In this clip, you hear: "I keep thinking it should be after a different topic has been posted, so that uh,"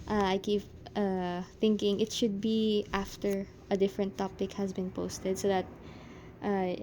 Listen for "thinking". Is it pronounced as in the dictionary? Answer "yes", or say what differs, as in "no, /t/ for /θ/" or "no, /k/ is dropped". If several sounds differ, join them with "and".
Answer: yes